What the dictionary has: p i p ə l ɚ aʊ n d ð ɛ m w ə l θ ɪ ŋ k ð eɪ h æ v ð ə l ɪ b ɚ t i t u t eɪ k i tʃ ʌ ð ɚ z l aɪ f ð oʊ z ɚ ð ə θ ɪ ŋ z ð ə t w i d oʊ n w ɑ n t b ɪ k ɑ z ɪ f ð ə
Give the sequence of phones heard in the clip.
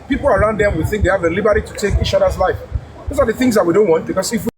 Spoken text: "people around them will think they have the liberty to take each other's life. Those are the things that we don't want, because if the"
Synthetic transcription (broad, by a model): p i p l ɚ aʊ n d ð ɛ m w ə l θ ɪ ŋ k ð eɪ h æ v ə l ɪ b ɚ t i t u t eɪ k i tʃ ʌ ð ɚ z l aɪ f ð oʊ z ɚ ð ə θ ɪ ŋ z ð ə t w i d oʊ n w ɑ n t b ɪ k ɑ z ɪ f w